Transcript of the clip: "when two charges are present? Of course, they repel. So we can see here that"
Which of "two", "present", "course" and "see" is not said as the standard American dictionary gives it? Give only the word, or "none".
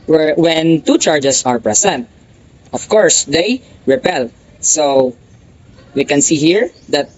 present